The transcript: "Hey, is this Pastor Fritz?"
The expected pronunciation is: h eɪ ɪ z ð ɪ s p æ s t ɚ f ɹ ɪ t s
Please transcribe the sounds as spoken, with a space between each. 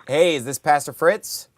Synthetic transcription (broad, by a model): h eɪ ɪ z ð ɪ s p æ s t ɚ f ɹ ɪ t s